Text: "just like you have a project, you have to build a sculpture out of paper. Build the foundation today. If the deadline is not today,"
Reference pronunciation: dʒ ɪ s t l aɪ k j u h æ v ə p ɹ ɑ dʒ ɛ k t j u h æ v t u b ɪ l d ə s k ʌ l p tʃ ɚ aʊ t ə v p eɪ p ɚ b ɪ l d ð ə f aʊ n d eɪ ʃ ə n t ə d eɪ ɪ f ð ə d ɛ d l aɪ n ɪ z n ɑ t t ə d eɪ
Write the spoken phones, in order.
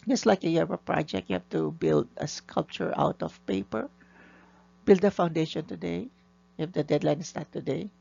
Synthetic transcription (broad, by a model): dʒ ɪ s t l aɪ k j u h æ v ə p ɹ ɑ dʒ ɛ k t j u h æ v t u b ɪ l d ə s k ʌ l p tʃ ɚ aʊ t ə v p eɪ p ɚ b ɪ l d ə f aʊ n d eɪ ʃ ə n t ə d eɪ ɪ f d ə d ɛ d l aɪ n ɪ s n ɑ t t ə d eɪ